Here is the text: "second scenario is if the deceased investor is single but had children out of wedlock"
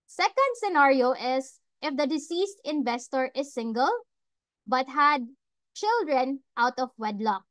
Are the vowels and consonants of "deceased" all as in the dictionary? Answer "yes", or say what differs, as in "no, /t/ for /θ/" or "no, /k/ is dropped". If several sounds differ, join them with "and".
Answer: yes